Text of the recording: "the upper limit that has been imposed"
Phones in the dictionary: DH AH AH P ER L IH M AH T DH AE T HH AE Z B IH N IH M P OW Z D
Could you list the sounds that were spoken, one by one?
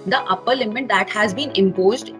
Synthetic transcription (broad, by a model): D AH AH P ER L IH M AH T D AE T HH AE Z B IH N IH M P OW Z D